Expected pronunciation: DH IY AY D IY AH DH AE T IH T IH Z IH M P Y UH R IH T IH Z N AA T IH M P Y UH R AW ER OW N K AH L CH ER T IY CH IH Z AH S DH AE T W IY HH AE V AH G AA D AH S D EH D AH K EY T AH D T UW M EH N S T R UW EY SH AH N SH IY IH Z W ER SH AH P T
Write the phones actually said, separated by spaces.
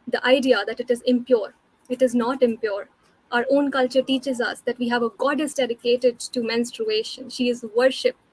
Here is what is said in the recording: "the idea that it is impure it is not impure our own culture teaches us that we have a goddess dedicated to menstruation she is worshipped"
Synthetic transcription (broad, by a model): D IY AY D IY AH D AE T IH T IH Z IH M P Y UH R IH T IH Z N AA T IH M P Y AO R AW ER OW N K AH L CH ER T IY CH IH Z AH S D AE T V IY HH AE V AH G AA D AH S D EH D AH K EY T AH D T UW M EH N S T R UW EY SH AH N SH IY IH Z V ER SH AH P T